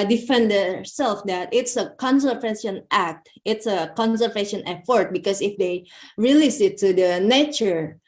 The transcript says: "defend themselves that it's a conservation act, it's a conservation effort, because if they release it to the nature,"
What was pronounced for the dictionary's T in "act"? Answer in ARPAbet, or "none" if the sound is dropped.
T